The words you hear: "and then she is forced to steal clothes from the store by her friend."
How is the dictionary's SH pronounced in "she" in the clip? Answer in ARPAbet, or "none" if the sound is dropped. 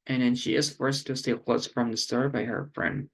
SH